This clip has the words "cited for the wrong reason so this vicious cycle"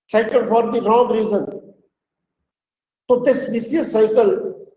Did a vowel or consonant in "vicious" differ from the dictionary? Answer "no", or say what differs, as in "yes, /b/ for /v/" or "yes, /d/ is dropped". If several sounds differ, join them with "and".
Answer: yes, /s/ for /ʃ/